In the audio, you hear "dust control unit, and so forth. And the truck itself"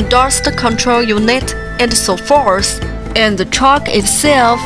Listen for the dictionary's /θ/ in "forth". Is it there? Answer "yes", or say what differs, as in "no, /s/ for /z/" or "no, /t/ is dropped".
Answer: no, /s/ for /θ/